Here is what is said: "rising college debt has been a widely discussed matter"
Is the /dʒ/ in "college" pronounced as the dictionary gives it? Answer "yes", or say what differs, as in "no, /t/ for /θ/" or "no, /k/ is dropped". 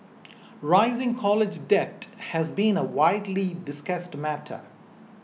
yes